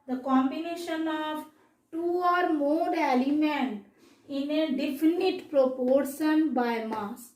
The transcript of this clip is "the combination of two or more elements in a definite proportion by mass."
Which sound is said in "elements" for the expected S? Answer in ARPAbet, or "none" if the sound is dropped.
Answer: none